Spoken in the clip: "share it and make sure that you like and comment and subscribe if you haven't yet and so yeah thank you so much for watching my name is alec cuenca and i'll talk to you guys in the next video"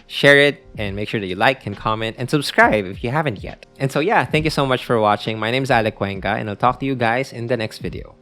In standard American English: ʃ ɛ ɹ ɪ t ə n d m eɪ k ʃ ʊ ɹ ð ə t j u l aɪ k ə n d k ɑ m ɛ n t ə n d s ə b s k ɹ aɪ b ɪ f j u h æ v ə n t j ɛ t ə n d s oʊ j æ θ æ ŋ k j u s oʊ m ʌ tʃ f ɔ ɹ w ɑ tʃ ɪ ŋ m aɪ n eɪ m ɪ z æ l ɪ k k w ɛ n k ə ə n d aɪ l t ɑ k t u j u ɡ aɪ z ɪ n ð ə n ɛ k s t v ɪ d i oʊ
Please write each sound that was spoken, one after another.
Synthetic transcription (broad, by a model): ʃ ɛ ɹ ɪ t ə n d m eɪ k ʃ ʊ ɹ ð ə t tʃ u l aɪ k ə n k ɑ m ɛ n t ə n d s ə b s k ɹ aɪ b ɪ f j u h æ v ə n t j ɛ t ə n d s oʊ j æ θ æ ŋ k j u s oʊ m ʌ tʃ f ɔ ɹ w ɑ tʃ ɪ ŋ m aɪ n eɪ m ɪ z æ l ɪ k k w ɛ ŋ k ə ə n aɪ l t ɑ k t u j u ɡ aɪ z ɪ n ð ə n ɛ k s t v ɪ d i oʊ